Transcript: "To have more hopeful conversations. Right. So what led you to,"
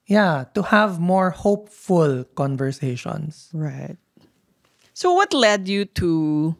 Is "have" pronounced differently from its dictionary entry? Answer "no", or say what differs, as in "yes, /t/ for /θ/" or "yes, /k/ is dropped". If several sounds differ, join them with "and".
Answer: no